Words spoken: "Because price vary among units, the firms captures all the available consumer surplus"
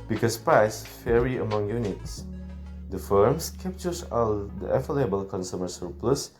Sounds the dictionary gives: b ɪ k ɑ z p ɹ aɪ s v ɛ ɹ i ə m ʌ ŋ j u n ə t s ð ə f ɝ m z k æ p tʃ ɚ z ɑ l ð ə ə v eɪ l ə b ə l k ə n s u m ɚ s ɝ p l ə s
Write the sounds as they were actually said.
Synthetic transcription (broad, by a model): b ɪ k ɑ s p ɹ aɪ s f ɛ ɹ i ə m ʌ ŋ j u n ə t s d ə f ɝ m s k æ p tʃ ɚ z ɑ l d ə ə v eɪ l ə b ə l k ə n s u m ɚ s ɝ p l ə s